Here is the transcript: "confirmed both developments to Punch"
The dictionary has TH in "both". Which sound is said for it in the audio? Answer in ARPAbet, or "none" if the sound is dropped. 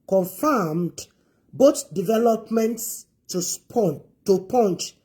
T